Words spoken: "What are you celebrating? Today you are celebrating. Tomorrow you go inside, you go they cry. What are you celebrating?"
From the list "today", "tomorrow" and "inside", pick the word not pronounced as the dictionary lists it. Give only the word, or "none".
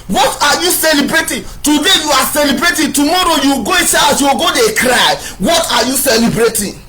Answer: inside